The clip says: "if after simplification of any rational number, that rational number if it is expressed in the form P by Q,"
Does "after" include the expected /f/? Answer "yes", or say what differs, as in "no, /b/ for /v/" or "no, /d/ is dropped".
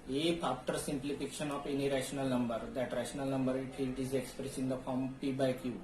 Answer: no, /p/ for /f/